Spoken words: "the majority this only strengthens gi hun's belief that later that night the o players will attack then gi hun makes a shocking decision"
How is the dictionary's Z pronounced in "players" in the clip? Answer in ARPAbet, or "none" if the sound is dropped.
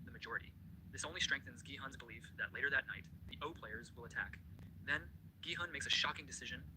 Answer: Z